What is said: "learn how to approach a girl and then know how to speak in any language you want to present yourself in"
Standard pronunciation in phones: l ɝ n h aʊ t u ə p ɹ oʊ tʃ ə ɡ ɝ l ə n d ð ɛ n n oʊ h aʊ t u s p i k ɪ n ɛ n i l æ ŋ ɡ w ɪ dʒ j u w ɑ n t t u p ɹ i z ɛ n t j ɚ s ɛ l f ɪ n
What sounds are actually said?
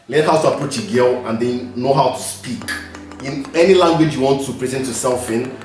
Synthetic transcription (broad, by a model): l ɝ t h aʊ t u ə p ɹ oʊ tʃ ə ɡ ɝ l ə n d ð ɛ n n oʊ h aʊ t u s p i k ɪ n ɛ n i l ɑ ŋ ɡ w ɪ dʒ j u w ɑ n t t u p ɹ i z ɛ n t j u s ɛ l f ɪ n